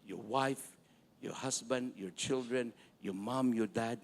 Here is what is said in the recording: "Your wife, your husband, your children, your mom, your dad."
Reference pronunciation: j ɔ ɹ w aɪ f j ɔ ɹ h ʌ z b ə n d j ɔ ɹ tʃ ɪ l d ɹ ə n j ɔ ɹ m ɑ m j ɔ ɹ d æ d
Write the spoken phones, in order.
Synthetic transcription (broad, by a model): j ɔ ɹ w aɪ f j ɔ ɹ h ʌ s b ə n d j ɔ ɹ tʃ ɪ l d ɹ ə n j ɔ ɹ m ɑ m j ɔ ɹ d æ d